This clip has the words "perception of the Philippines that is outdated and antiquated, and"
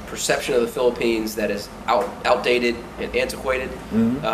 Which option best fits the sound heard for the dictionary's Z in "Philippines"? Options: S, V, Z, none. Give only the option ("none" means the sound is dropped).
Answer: Z